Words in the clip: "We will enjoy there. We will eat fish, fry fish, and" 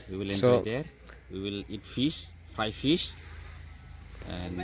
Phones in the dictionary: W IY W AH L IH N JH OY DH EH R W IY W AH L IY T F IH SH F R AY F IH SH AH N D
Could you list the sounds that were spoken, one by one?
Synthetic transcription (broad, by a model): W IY W AH L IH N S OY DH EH R W IY W AH L IY T F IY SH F AY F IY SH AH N